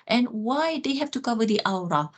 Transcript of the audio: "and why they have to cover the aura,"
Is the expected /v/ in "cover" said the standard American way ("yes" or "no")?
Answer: yes